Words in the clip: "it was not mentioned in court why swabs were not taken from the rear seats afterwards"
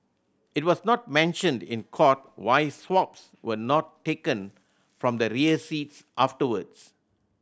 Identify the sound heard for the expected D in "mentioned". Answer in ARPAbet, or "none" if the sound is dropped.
D